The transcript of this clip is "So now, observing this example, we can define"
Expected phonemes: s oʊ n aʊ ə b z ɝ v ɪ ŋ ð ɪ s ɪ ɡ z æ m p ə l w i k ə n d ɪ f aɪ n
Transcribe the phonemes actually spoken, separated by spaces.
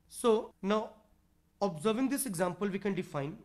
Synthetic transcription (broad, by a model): s oʊ n aʊ ə b z ɝ v ɪ ŋ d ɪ s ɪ ɡ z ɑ m p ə l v i k ə n d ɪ f aɪ n